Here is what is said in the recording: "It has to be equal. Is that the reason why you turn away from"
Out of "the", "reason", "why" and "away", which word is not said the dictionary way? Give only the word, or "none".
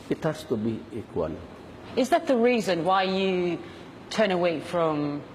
none